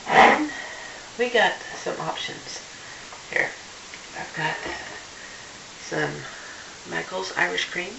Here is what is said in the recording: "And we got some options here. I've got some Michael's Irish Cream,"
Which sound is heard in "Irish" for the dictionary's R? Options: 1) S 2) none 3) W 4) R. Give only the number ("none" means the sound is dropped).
4